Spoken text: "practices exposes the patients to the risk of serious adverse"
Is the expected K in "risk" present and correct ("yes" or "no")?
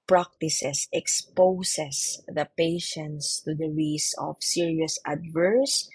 no